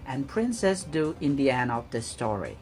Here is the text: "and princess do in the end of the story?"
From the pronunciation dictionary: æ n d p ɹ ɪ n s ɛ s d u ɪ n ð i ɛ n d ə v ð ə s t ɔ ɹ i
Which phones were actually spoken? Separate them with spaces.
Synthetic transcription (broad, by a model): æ n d p ɹ ɪ n s ɛ s d u ɪ n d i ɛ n ə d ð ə s t ɔ ɹ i